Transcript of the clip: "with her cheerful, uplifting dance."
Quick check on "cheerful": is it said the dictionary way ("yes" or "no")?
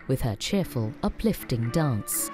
yes